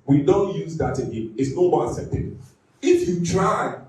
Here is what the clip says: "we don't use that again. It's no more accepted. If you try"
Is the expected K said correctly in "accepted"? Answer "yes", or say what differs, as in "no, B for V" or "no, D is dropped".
no, K is dropped